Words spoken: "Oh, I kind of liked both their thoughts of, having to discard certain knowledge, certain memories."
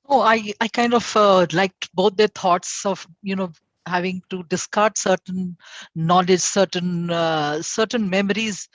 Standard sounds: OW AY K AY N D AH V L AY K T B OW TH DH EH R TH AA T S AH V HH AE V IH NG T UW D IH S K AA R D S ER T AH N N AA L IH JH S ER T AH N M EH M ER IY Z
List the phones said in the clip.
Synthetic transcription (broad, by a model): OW AY K AY N D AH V L AY K T B OW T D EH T AA T S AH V HH AE V IH NG T UW D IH S K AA R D S ER T AH N N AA L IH JH S ER T AH N M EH M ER IY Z